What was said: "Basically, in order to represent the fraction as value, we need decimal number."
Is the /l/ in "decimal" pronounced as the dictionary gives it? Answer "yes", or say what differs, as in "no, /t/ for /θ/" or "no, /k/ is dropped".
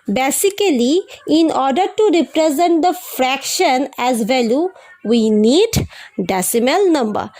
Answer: yes